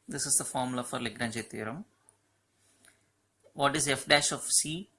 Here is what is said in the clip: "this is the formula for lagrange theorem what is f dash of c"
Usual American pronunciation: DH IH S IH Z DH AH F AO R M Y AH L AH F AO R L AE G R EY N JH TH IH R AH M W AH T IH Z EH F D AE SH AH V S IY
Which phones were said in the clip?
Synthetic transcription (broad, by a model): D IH S IH Z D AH F AO R M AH L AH F AO R L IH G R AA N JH T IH R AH M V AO T IH Z EH F D AE SH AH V S IY